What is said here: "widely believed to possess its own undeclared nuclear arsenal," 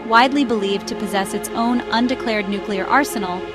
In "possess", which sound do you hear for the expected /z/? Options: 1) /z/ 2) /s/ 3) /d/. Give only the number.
1